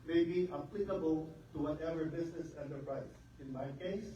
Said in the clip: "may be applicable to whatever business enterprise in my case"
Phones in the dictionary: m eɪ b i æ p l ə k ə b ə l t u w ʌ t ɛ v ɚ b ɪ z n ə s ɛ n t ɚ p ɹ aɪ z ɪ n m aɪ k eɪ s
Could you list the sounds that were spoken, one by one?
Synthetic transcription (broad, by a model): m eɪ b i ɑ p l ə k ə b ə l t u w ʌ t ɛ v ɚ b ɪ s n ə s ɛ n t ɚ p ɹ aɪ s ɪ n m aɪ k eɪ s